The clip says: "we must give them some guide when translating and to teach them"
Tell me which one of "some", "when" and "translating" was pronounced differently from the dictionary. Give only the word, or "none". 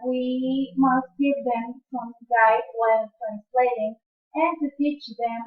when